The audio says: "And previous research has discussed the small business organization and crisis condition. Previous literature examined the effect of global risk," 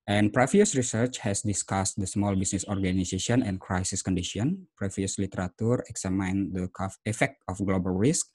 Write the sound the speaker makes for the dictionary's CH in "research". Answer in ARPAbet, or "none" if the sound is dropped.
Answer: CH